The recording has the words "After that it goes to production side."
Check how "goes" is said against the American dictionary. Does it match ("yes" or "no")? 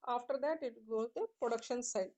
no